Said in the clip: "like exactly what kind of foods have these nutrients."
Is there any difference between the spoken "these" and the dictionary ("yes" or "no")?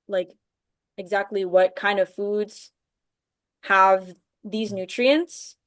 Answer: no